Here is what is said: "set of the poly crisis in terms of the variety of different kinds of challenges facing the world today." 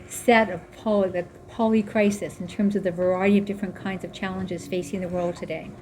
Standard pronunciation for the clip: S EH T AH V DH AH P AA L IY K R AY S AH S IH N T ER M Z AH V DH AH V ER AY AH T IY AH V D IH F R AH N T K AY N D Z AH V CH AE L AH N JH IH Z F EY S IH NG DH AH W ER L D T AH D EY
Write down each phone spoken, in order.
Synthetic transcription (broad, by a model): S EH T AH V DH AH P AA L IY K R AY S AH S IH N T ER M Z AH V DH AH V ER AY AH T IY AH V D IH F R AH N K AY N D Z AH V CH AE L AH N JH IH Z F EY S IH NG DH AH W ER L D T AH D EY